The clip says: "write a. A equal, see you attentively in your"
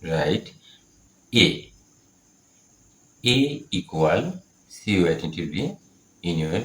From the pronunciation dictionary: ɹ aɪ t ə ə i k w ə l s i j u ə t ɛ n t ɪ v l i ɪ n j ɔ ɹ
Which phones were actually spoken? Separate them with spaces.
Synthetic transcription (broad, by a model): ɹ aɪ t ə ə i k w ə l s i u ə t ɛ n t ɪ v i ɪ n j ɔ